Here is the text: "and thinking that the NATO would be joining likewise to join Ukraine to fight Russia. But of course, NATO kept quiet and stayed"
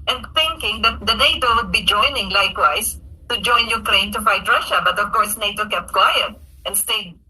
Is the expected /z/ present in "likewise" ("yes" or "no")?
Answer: no